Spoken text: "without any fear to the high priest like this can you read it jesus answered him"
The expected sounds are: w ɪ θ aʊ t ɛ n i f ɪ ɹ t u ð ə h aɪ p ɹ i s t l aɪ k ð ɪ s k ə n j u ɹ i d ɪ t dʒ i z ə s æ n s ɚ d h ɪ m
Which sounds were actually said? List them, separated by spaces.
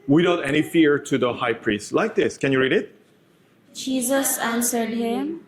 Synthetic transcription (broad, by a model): w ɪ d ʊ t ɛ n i f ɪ ɹ t u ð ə h aɪ p ɹ i s t l aɪ k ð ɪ s k ə n j u ɹ i d ɪ t dʒ i z ə s æ n s ɚ d h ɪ m